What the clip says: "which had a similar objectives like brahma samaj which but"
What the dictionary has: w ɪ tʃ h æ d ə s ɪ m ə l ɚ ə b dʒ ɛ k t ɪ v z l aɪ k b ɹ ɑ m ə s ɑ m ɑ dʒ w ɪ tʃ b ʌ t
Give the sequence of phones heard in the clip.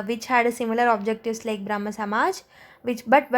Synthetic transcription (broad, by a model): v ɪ tʃ h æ d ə s ɪ m ə l ɚ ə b dʒ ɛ k t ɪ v s l aɪ k b ɹ ɑ m ə s ɑ m ɑ dʒ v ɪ tʃ b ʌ t